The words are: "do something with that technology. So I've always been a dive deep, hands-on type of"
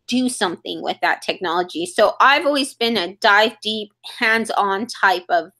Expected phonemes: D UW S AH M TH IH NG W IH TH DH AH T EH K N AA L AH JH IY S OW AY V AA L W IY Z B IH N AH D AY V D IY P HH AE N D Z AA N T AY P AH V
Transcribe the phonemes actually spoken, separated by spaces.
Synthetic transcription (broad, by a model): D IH S AH M TH IH NG W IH DH AH T EH K N AA L AH JH IY S OW AY V AA L W IY Z B IH N AH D AY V D IY P HH AE N D Z N T AY P AH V